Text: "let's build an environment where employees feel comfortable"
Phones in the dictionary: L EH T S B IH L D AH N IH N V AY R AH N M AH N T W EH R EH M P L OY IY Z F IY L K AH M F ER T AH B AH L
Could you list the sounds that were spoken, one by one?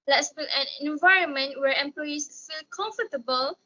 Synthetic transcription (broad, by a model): L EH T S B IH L AH N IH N V AY R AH N M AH N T W EH R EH M P L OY IY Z F IY L K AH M F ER T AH B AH L